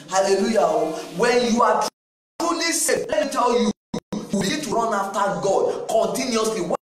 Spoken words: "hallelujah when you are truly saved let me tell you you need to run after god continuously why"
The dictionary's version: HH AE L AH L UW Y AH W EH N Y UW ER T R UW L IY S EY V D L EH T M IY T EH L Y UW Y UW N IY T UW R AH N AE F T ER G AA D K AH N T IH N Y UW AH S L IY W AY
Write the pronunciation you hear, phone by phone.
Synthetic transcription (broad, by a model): HH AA L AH L UW Y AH W EH N Y UW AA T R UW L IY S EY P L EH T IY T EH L Y UW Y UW L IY T UW R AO N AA F T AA G AA D K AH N T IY N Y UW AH S L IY W